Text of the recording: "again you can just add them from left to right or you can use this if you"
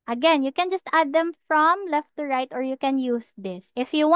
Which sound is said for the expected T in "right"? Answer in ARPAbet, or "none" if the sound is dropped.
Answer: T